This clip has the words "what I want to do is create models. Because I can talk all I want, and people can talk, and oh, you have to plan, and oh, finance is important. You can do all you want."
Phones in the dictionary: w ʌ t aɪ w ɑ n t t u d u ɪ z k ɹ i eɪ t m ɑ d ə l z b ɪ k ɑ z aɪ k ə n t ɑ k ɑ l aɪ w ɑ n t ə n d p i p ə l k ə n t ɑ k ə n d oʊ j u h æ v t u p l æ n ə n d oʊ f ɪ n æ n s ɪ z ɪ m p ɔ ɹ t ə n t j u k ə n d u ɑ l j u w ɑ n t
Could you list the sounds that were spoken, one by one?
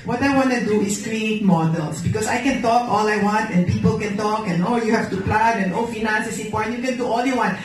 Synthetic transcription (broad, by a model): w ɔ t aɪ w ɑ n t t u d u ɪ s k ɹ i eɪ t m ɑ d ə l s b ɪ k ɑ s aɪ k ə n t ɑ k ɑ l aɪ w ɑ n t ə n p i p ə l k ə n t ɑ k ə n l j u h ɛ f t u p l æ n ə n oʊ f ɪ n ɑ n s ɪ s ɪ p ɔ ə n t j u k ə n d u ɑ l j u w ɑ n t